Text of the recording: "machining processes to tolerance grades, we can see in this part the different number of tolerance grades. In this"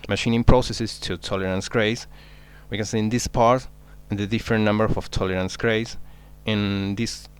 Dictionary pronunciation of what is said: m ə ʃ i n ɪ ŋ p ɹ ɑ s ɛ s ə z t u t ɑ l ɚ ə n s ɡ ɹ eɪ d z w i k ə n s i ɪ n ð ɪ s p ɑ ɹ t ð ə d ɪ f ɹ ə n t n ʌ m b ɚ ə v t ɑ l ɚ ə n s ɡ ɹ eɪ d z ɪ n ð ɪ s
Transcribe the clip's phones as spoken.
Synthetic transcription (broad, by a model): m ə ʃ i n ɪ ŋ p ɹ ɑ s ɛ s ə s t u t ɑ l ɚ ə n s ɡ ɹ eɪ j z w i k ə n s i ɪ n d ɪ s p ɑ ɹ t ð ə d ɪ f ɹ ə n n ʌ m b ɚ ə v t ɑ l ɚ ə n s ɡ ɹ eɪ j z ɪ n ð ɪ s